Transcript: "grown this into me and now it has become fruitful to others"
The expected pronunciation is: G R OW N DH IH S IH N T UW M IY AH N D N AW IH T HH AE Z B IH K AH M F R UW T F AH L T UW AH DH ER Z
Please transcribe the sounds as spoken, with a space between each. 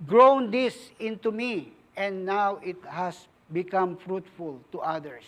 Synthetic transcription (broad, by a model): G R OW N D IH S IH N T UW M IY AH N D N AW IH T HH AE S B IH K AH M F R UW T F AH L T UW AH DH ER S